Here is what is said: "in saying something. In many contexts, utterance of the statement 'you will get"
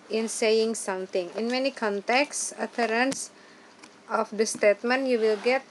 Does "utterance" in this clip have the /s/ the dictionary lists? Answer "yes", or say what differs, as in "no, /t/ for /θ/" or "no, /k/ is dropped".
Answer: yes